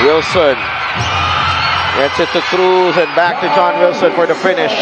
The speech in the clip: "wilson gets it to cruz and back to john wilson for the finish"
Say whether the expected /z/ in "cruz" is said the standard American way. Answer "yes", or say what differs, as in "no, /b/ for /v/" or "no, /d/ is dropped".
yes